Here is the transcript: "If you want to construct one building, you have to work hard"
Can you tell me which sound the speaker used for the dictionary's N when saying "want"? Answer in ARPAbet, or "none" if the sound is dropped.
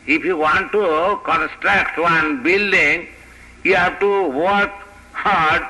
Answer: N